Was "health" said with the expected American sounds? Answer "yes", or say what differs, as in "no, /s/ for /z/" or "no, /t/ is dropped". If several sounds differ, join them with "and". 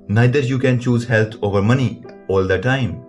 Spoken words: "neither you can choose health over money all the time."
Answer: no, /t/ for /θ/